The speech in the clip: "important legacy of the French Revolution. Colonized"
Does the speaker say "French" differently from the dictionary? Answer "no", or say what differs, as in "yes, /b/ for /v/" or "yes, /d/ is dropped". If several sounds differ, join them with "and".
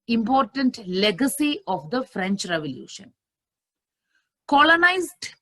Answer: no